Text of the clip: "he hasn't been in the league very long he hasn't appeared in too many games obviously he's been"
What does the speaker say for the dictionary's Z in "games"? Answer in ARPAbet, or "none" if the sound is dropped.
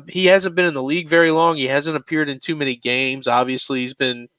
Z